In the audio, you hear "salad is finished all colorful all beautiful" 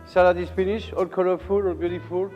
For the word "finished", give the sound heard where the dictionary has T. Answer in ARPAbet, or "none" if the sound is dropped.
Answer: none